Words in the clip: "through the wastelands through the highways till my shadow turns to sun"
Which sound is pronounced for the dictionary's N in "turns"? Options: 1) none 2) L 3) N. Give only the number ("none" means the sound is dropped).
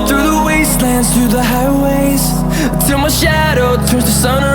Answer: 1